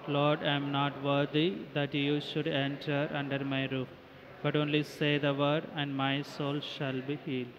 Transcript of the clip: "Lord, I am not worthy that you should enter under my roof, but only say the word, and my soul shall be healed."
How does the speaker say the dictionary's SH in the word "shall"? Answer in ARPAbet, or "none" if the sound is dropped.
SH